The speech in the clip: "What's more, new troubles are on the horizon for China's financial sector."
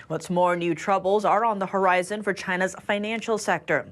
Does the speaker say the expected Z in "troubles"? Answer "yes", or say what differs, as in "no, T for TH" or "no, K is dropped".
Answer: yes